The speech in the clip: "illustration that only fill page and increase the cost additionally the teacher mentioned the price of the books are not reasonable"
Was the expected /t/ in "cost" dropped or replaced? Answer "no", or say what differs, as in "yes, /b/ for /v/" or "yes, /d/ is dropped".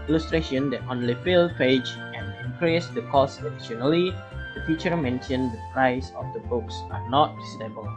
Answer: yes, /t/ is dropped